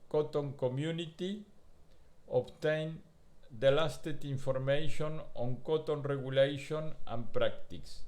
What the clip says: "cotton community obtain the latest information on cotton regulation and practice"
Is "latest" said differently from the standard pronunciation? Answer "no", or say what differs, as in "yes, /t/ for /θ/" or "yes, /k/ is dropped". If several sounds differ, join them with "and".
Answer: yes, /s/ is dropped